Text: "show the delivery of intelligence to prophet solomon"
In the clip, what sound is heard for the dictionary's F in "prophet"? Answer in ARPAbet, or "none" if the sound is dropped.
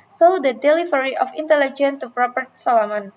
P